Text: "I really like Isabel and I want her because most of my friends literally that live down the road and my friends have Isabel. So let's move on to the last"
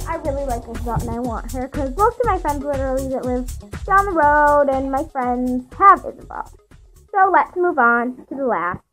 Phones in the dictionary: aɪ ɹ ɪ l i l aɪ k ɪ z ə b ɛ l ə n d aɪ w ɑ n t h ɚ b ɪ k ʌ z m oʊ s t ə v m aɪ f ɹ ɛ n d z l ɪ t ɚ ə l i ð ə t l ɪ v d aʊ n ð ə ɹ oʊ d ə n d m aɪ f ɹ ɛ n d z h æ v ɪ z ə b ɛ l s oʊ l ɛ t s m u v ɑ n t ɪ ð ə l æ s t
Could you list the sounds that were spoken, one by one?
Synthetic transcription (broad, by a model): aɪ ɹ ɪ l i l aɪ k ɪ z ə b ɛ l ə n aɪ w ɑ n t h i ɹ k ʌ z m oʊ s t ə m aɪ f ɹ ɛ n d z l ɪ t ɚ l i ð ə t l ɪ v d aʊ n ð ə ɹ oʊ d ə n m aɪ f ɹ ɛ n d z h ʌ v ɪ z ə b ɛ l s oʊ l ɛ t s m u v n t ɪ ð ə l æ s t